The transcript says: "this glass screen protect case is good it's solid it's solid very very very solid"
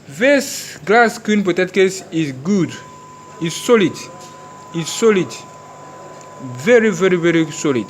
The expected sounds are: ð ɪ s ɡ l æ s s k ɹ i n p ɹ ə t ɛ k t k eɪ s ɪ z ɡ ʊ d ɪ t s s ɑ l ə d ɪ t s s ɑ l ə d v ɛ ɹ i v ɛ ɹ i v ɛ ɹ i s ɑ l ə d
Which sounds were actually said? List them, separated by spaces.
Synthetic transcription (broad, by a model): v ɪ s ɡ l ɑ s s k i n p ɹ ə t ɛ t k eɪ s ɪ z ɡ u d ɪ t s s ɑ l ə d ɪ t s s ɑ l ə d v ɛ ɹ i v ɛ ɹ i v ɛ ɹ i s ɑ l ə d